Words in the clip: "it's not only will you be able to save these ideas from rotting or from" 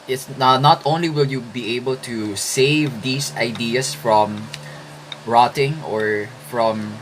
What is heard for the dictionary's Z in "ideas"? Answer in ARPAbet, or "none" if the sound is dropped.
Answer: S